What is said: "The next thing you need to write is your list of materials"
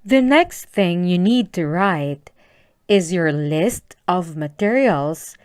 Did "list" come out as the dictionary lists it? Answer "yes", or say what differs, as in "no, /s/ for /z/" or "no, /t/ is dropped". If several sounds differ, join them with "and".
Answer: yes